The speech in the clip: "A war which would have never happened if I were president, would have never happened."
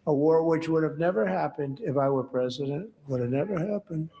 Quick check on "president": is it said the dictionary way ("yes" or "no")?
yes